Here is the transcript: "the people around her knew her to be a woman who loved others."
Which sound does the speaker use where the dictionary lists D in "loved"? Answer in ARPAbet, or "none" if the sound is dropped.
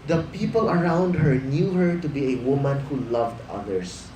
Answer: D